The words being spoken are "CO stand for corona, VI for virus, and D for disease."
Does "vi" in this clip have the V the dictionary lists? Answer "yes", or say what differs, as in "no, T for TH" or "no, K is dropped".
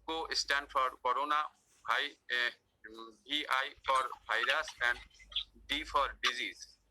no, B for V